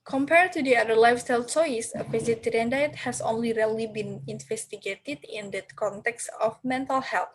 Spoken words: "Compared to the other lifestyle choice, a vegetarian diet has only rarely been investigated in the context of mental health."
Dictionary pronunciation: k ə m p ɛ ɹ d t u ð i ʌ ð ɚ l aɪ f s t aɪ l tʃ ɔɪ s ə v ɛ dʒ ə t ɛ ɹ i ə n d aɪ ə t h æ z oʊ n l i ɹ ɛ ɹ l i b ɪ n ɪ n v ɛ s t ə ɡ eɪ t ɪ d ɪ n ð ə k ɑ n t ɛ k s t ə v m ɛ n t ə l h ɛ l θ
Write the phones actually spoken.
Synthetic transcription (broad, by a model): k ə m p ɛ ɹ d t u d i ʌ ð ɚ l aɪ f s t aɪ l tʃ ɔɪ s ə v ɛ z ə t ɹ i n d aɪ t h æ s oʊ n l i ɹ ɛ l i b ɪ n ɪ n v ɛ s t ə ɡ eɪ t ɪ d ɪ n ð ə k ɑ n t ɛ k s t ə f m ɛ n t ə l h ɛ l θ